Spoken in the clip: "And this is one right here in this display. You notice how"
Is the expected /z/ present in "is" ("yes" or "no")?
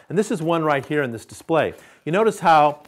yes